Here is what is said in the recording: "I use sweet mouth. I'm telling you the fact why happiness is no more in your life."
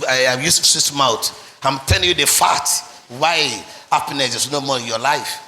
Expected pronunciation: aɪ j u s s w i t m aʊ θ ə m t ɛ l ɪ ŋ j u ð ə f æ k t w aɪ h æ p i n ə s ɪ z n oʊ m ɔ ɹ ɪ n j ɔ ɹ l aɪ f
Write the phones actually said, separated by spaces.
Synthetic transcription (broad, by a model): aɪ j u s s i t m aʊ t ə m t ɛ l ɪ ŋ j u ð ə f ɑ t w aɪ h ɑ p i n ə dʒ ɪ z n oʊ m ɔ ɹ ɪ n j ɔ l aɪ f